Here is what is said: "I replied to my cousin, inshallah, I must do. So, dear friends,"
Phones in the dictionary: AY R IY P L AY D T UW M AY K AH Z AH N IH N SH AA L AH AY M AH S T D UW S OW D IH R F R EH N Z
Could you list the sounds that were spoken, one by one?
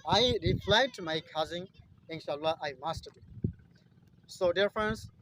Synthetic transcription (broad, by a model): AY R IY F L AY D T UW M AY K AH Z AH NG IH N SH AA L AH AY M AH S T D UW S OW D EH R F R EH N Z